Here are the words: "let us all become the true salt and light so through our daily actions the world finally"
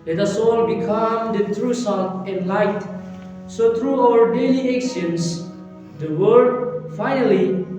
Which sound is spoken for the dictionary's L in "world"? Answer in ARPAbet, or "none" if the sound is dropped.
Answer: none